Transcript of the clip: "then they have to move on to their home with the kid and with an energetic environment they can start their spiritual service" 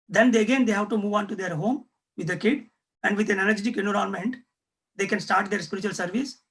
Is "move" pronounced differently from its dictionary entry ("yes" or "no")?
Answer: no